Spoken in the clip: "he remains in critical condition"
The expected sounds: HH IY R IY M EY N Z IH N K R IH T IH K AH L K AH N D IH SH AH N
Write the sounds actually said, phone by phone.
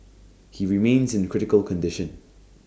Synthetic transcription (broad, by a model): HH IY R IY M EY N Z IH N K R IH T IH K AH L K AH N D IH SH AH N